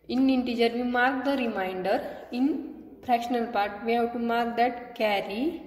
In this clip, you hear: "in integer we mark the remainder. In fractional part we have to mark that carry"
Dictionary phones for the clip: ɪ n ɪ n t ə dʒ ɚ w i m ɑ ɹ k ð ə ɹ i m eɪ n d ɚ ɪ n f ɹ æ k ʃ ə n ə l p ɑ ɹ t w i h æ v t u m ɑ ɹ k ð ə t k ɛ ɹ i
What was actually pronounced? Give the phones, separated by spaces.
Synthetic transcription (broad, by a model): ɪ n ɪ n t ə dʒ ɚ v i m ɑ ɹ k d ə ɹ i m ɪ n d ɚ ɪ n p ɹ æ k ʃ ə n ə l p ɑ ɹ t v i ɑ w t u m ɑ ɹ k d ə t k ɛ ɹ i